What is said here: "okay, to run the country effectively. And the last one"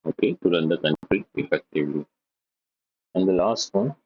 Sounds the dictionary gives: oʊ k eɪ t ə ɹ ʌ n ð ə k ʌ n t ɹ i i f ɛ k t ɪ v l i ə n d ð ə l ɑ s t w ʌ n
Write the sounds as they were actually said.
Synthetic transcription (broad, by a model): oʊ k eɪ t ə ɹ ʌ n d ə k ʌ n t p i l p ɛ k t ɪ l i ə n d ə l ɑ s t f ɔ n